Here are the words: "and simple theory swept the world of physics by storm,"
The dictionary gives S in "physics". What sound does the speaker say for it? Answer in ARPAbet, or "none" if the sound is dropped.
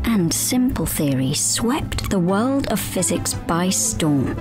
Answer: S